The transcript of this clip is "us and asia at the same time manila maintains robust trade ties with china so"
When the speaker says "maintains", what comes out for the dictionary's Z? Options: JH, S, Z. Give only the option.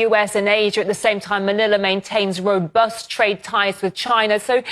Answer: Z